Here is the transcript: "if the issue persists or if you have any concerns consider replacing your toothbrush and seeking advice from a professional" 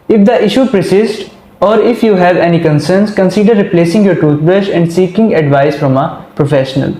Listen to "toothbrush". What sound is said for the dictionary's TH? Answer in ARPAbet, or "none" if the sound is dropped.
T